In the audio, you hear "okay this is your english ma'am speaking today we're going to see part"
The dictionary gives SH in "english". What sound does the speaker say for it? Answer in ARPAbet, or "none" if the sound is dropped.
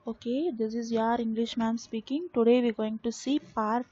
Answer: SH